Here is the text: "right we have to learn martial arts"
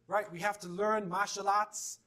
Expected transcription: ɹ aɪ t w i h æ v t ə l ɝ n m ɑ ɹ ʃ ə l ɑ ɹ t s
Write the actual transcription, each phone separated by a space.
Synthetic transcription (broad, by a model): ɹ aɪ t w i h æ f t ə l ɝ n m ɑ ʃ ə l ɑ t s